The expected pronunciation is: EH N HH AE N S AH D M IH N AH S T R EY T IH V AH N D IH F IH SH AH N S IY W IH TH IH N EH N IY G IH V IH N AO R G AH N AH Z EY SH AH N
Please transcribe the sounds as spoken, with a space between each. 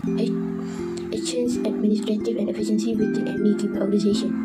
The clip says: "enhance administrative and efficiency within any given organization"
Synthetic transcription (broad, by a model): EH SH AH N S AH D M IH N AH S T R EY T IH V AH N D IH F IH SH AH N S IY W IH T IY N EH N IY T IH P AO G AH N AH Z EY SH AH N